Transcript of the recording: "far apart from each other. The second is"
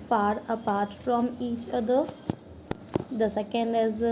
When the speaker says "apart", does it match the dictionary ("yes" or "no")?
yes